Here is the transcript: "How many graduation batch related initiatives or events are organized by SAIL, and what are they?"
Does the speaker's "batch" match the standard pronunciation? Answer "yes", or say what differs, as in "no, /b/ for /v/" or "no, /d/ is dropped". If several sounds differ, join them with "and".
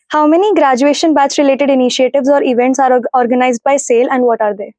no, /s/ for /tʃ/